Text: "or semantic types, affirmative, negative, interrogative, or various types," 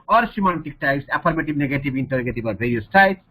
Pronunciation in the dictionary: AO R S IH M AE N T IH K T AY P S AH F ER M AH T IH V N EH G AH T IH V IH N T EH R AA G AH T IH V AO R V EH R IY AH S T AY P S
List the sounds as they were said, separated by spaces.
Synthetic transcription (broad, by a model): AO R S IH M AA N T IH K T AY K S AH P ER M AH T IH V N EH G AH T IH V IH N T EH R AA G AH T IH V AO R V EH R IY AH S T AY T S